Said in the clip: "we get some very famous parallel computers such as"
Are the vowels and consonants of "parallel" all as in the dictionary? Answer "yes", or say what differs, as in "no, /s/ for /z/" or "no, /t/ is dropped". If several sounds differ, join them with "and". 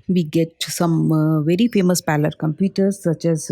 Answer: no, /l/ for /ɹ/